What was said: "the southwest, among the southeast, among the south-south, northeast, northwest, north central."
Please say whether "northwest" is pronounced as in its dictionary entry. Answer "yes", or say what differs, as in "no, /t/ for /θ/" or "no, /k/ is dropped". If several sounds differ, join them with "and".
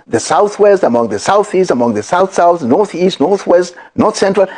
yes